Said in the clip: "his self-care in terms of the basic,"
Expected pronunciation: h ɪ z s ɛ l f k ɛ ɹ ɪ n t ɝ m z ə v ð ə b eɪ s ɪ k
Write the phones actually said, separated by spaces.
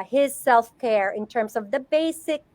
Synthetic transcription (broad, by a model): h ɪ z s ɛ l f k ɛ ɹ ɪ n t ɝ m z ə v ð ə b eɪ s ɪ k